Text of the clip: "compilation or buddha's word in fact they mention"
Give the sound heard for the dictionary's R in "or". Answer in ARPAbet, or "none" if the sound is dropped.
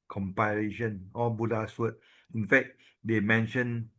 L